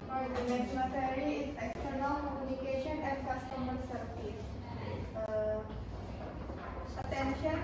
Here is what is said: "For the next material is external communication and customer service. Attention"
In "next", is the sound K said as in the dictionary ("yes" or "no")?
no